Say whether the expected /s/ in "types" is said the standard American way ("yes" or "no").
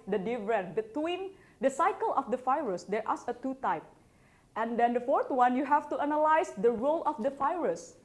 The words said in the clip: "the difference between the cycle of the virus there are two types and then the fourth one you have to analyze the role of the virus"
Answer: no